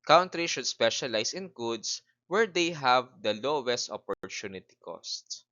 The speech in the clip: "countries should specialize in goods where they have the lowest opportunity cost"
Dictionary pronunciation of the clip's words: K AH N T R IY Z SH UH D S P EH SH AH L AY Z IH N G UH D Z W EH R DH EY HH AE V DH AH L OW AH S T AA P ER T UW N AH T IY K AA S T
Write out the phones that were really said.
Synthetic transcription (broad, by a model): K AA N T R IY SH UH D S P EH SH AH L AY S IH N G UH D S W EH R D EY HH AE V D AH L OW AH S T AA P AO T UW N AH T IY K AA S T